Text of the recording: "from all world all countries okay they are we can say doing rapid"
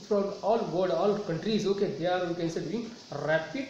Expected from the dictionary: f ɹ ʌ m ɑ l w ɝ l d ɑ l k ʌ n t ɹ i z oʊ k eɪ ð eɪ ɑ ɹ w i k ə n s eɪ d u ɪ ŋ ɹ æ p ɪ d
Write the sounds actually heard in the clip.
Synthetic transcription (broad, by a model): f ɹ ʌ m ɑ l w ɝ d ɑ l k ʌ n t ɹ i z oʊ k eɪ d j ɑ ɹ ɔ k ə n s eɪ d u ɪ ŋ ɹ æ p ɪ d